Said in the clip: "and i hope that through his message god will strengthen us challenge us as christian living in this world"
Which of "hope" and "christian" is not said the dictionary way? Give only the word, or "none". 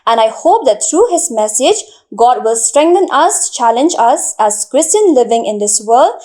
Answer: none